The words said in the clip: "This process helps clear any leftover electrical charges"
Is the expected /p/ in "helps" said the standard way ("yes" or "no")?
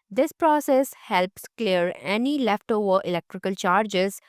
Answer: yes